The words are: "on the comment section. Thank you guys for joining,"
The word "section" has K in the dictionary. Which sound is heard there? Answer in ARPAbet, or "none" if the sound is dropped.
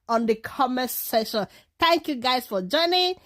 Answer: none